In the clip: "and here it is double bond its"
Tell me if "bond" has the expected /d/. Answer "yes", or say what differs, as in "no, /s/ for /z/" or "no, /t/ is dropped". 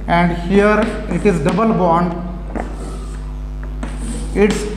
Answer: yes